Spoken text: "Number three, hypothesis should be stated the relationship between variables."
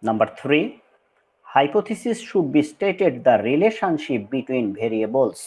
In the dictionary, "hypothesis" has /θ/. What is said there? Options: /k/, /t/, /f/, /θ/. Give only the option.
/t/